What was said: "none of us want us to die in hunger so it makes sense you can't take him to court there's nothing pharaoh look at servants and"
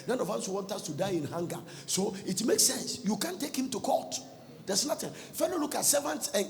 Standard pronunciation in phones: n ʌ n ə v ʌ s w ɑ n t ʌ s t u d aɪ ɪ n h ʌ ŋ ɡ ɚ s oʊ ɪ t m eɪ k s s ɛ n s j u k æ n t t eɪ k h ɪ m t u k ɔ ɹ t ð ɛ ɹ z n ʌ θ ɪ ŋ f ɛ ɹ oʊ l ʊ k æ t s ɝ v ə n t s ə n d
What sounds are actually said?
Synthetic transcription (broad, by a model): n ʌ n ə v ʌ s w ɑ n t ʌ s t u d aɪ ɪ n h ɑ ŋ ɡ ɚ s oʊ ɪ t m eɪ k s s ɛ n s j u k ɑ n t t eɪ k h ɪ m t u k ɔ t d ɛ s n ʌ t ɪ f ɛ l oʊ l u k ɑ t s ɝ v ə n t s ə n